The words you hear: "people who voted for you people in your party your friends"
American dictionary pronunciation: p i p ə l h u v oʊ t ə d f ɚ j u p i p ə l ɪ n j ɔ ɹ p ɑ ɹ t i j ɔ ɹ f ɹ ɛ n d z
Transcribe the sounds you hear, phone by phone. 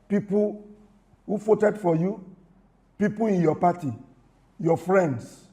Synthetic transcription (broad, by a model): p i p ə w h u f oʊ t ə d f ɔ j u p i p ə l ɪ n j ɔ p ɑ t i j ɔ f ɹ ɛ n d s